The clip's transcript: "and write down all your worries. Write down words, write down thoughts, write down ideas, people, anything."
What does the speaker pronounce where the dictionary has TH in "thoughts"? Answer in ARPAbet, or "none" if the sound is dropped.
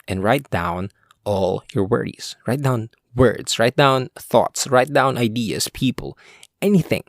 TH